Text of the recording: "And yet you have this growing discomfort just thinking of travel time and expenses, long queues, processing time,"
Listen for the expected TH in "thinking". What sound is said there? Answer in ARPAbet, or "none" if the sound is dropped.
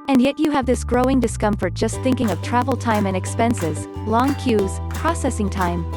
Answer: TH